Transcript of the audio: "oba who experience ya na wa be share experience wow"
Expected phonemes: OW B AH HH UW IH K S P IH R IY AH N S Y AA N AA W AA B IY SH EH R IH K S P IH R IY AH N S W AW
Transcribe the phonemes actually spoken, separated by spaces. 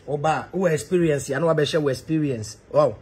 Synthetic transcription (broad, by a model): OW B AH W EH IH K S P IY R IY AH N S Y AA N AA W AA B IY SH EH W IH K S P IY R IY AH N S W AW